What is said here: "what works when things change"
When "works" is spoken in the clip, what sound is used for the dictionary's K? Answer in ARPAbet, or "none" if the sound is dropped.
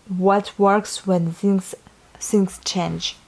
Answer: K